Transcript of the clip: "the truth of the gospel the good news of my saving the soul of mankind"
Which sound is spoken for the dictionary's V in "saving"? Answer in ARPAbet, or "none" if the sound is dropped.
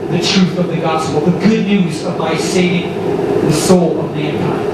none